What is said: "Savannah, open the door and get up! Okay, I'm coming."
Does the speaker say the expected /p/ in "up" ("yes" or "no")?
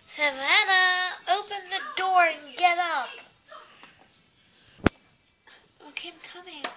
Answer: yes